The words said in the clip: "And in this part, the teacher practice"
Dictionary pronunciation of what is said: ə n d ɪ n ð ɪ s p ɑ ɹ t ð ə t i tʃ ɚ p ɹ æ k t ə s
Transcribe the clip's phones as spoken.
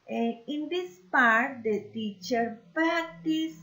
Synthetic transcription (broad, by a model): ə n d ɪ n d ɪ s p ɑ ɹ t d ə t i tʃ ɚ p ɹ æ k t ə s